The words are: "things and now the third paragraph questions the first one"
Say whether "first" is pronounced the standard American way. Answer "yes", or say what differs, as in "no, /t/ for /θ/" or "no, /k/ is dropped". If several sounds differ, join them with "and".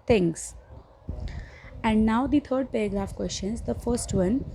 yes